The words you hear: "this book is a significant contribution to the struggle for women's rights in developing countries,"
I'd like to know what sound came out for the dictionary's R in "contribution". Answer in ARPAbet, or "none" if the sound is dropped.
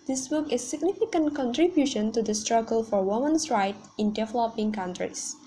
R